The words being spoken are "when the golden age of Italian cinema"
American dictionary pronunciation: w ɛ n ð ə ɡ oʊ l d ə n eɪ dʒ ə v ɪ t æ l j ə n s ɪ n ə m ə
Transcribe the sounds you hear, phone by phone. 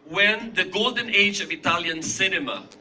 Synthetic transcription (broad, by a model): w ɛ n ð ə ɡ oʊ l d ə n eɪ dʒ ə v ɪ t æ l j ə n s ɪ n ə m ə